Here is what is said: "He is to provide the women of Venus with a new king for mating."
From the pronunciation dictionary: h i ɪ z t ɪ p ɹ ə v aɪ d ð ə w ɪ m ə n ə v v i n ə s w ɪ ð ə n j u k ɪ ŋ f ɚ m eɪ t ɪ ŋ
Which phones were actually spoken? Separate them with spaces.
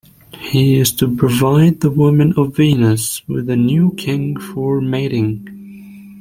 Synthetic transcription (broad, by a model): h i ɪ z t ɪ p ɹ ə v aɪ d ð ə w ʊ m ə n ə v v i n ə s w ɪ ð ə n j u k ɪ ŋ f ɚ m eɪ t ɪ ŋ